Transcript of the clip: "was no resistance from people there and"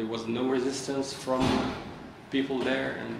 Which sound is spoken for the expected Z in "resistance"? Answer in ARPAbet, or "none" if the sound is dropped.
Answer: Z